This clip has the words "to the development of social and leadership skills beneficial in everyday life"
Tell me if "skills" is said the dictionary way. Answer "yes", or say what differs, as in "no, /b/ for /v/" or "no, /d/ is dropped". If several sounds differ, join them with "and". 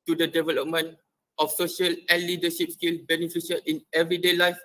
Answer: no, /z/ is dropped